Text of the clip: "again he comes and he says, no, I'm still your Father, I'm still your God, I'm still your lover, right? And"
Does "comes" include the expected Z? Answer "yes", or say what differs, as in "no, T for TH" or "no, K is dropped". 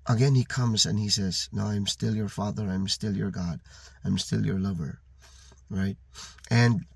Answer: yes